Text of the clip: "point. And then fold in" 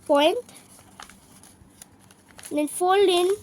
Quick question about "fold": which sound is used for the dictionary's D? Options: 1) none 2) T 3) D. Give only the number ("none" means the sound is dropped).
1